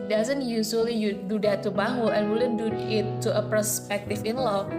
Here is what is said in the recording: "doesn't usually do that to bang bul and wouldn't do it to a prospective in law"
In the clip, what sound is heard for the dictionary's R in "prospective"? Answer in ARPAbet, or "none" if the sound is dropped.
none